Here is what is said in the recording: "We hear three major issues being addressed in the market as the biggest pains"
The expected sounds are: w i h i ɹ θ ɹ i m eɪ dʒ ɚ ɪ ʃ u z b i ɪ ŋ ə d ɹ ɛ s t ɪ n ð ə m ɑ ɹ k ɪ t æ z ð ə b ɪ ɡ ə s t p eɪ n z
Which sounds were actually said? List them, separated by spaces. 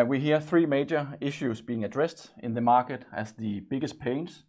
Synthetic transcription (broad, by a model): w i h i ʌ θ ɹ i m eɪ dʒ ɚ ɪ ʃ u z b i ɪ ŋ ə d ɹ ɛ s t ɪ n ð ə m ɑ k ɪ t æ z ð ə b ɪ ɡ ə s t p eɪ n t